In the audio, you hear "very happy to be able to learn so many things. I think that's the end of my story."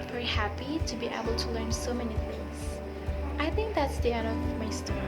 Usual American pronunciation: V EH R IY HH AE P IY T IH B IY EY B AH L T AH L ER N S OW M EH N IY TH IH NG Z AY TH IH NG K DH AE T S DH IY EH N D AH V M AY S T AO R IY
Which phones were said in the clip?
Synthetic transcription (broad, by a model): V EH R IY HH AE P IY T IH B IY EY B AH L T AH L ER N S OW M EH N IY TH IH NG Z AY TH IH NG K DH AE T S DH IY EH D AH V M AY S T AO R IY